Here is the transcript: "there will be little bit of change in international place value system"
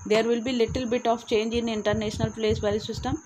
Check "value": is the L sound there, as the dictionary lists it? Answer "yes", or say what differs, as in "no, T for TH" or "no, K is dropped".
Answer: no, L is dropped